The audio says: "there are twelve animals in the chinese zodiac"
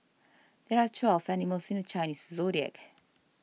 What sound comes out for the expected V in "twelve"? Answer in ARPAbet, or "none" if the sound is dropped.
F